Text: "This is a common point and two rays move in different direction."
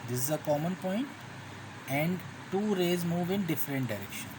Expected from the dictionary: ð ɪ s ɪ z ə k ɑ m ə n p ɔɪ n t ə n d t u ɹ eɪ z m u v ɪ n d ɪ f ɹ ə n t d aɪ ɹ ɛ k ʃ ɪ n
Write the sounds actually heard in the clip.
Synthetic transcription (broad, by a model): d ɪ s ɪ z ə k ɑ m ə n p ɔɪ n t ə n d t u ɹ eɪ z m u v ɪ n d ɪ f ɹ ə n t d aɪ ɹ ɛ k ʃ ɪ n